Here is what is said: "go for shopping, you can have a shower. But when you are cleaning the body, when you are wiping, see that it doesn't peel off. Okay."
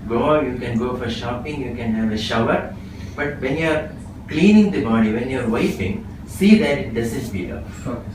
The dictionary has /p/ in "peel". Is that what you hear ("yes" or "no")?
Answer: no